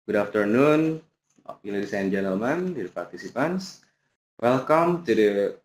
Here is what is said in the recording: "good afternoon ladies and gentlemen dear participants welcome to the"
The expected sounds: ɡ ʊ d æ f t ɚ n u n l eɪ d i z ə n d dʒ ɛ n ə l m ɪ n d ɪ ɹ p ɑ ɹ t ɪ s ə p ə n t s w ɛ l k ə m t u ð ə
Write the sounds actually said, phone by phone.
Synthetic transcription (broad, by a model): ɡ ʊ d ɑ f t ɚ n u n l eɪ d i s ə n dʒ ɛ n ə l m ɪ n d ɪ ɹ p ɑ ɹ t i s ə p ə n s w ɛ l k ə m t u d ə